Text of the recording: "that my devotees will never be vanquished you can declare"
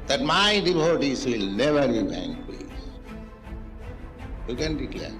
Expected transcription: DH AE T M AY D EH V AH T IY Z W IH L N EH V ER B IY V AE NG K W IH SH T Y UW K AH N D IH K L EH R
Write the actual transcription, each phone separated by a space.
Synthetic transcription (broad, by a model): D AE T M AY D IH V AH T IY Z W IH L N EH V ER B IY B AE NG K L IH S Y UW K AH N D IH K L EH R